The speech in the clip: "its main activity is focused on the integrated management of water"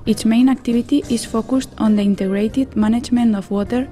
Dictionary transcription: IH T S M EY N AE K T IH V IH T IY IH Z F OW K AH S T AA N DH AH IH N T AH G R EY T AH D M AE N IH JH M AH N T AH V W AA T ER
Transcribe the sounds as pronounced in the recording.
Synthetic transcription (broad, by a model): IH T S M EY N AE K T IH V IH T IY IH S F OW K AH S T AA N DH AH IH N T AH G R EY T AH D M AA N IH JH M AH N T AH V W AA T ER